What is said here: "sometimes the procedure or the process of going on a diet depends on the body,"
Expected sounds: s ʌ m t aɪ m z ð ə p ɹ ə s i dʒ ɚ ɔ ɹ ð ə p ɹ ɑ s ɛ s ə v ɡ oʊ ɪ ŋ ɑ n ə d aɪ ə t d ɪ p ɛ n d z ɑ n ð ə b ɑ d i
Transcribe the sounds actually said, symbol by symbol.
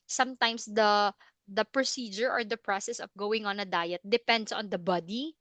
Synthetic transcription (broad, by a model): s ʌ m t aɪ m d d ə p ɹ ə s i dʒ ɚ ɔ ɹ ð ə p ɹ ɑ s ɛ s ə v ɡ oʊ ɪ ŋ ɑ n ə d aɪ ə t d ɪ p ɛ n d s ɑ n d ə b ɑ d i